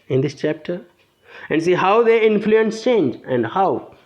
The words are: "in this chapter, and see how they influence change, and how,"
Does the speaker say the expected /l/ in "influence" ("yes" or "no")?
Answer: yes